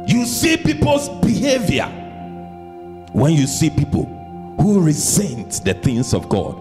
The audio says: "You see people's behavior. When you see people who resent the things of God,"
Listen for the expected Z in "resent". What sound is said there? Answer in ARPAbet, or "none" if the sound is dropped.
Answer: Z